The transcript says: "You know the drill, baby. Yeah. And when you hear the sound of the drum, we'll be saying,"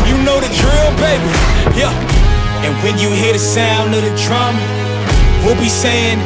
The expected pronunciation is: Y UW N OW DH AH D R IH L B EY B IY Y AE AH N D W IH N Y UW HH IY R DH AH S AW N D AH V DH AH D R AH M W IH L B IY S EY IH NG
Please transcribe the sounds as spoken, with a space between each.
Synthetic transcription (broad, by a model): Y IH N OW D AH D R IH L B EY B IY Y AE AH N W IH N Y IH HH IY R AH S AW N AH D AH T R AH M W IH L B IY S EY IH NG